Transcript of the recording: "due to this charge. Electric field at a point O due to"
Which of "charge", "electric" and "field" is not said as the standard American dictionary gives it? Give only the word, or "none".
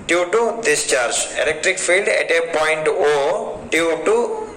none